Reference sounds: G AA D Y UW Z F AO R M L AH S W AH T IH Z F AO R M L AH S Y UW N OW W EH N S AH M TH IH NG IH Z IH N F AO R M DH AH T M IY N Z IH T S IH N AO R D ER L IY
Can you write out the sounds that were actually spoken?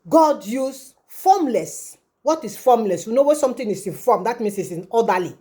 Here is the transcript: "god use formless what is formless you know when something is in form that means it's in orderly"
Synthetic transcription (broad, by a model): G AA D Y UW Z F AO M L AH S W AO T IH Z F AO M L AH S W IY N OW W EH S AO M T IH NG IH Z IH N F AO M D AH T M IY N S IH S IH N AO D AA L IY